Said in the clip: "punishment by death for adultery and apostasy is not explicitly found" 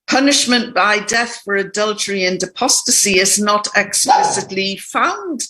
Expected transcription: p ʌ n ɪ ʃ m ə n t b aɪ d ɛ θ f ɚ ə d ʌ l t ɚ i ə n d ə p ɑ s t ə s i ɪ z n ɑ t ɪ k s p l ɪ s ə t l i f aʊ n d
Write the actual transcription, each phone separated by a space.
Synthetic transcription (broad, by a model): p ʌ n ɪ ʃ m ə n b aɪ d ɛ θ f ɚ ə d ʌ l t ɚ i ə n d ə p ɑ s t ə s i ɪ z n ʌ t ɪ k s p l ɪ s ə t l i f aʊ n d